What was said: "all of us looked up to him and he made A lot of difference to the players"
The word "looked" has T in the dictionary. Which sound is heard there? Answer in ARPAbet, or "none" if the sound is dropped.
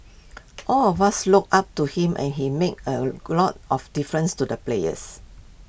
none